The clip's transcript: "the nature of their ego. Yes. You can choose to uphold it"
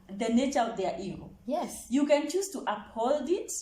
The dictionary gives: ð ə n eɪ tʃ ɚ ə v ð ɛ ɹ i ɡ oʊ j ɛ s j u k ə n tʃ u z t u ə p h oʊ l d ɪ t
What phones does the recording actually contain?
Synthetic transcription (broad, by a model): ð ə n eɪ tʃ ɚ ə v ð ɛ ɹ i ɡ oʊ j ɛ s j u k ə n tʃ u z t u ə p h oʊ l d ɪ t